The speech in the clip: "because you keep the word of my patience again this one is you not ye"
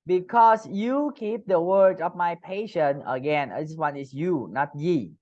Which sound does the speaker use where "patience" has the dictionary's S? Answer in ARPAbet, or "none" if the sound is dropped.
none